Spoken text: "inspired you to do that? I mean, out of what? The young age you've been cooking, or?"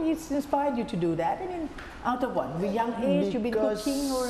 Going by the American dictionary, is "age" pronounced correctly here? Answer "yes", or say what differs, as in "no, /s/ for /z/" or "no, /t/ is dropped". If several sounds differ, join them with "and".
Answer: no, /z/ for /dʒ/